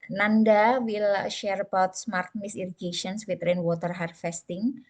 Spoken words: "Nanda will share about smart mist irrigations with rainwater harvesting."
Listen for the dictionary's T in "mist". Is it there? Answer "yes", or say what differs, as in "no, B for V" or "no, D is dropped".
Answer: no, T is dropped